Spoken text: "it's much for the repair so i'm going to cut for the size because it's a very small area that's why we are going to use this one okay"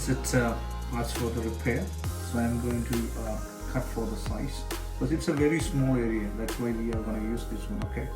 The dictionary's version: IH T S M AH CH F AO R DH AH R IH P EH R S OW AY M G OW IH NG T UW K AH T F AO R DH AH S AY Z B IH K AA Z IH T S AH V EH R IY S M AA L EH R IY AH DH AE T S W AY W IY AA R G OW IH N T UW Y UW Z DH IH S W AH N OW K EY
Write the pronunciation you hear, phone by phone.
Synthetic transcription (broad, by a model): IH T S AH S F AO R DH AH R IH P EH R S OW AY M G OW IH NG T UW K AH T F AO R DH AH S AY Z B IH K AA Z IH T S AH V EH R IY S M AA L EH R IY AH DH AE T S W AY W IY AA R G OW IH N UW Y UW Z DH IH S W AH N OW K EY